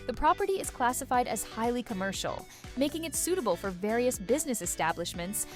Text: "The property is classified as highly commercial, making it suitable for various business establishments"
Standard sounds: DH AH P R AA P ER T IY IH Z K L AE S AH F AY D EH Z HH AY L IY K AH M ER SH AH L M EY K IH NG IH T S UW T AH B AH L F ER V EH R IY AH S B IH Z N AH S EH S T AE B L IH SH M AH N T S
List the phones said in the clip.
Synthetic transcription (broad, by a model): DH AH P R AA P ER T IY IH Z K L AE S AH F AY D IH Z HH AY L IY K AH M ER SH L M EY K IH NG IH T S UW T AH B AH L F ER V EH R IY AH S B IH Z N AH S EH S T AE B L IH SH M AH N T S